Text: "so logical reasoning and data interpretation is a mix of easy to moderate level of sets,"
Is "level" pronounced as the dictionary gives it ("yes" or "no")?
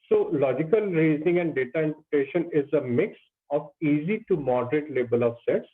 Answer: no